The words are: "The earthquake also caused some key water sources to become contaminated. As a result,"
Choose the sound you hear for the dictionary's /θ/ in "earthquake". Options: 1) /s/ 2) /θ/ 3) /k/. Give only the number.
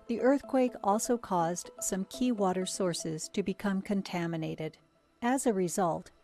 2